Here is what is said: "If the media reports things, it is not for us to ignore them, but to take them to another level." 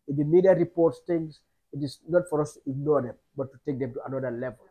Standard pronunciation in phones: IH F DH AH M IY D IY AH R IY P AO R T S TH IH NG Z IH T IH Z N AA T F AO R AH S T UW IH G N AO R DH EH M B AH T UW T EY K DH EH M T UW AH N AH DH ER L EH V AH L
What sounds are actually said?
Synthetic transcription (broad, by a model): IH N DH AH M IY D IY AH R IY P AO R T S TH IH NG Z IH T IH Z N AA T F AO R AH S T UW IH G N AO R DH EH M B AH T UW T EY K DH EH M T UW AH N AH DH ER L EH V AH L